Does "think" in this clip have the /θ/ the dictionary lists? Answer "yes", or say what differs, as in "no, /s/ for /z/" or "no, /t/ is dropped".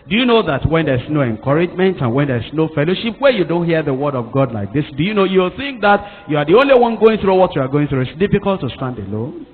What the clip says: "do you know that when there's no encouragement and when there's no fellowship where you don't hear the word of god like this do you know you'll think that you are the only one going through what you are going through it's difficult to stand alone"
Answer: yes